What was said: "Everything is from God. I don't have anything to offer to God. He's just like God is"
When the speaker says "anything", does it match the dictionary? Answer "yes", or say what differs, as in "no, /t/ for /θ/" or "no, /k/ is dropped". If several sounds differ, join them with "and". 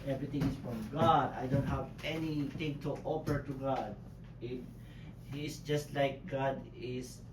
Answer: no, /t/ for /θ/